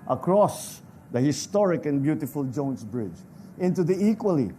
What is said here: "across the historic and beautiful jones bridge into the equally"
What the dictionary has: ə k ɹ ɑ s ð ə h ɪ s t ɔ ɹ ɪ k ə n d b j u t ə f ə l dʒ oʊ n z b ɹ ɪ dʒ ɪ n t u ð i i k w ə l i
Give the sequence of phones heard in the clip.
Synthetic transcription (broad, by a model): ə k ɹ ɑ s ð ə h ɪ s t ɔ ɹ ɪ k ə n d b j u t ə f ə l dʒ oʊ n s b ɹ ɪ dʒ ɪ n t u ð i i k w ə l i